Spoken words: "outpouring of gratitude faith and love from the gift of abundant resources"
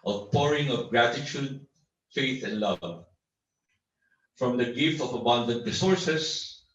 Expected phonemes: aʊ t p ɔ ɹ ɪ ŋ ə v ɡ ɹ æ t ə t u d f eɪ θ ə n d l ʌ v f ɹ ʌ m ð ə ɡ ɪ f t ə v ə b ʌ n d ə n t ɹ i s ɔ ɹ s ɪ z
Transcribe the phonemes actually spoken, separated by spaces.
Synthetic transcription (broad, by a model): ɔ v p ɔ ɹ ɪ ŋ ə v ɡ ɹ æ t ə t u d f eɪ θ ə n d l ʌ v f ɹ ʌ m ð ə ɡ ɪ f t ə v ə b ʌ n d ə n t ɹ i s ɔ ɹ s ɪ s